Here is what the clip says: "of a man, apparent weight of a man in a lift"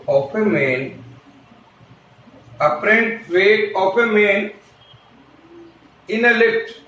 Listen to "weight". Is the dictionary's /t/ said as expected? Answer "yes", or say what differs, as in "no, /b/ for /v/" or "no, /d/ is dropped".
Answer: no, /t/ is dropped